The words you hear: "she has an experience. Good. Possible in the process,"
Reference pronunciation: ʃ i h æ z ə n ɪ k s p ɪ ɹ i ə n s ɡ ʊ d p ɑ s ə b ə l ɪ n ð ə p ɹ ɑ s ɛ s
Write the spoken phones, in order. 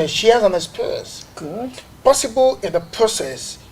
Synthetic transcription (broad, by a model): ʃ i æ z ə n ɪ s p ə s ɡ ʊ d p ɑ s ə b ə l ɪ n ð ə p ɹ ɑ s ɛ s